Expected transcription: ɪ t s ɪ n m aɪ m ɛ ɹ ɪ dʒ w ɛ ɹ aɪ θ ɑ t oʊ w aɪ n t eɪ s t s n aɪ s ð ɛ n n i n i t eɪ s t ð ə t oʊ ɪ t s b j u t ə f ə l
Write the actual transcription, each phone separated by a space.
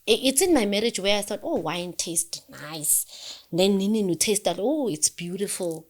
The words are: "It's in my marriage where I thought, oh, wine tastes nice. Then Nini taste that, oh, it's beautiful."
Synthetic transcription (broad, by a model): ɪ t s ɪ n m aɪ m ɛ ɹ ɪ dʒ w ɛ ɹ aɪ θ ɑ t oʊ w aɪ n t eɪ s t n aɪ s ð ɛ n n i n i t eɪ s t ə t oʊ ɪ t s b j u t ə f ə l